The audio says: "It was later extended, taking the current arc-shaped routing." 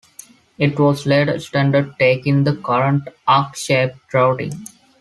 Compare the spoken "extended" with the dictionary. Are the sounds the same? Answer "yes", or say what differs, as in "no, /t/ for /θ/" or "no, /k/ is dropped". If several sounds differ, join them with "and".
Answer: no, /k/ is dropped